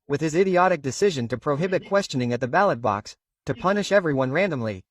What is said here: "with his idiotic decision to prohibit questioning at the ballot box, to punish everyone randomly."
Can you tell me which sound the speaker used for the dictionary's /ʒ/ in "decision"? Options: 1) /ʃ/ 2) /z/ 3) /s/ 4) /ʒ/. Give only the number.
4